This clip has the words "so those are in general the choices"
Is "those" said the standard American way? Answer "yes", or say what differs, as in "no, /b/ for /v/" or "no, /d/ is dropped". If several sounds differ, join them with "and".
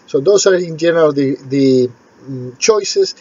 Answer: no, /s/ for /z/